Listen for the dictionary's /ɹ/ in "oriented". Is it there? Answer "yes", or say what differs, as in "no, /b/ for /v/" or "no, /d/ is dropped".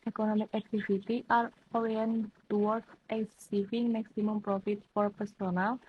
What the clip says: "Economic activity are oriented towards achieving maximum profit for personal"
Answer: no, /w/ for /ɹ/